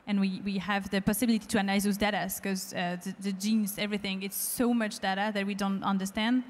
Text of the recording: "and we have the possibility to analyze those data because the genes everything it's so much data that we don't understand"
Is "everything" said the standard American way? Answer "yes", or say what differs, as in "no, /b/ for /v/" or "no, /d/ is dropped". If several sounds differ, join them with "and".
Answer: yes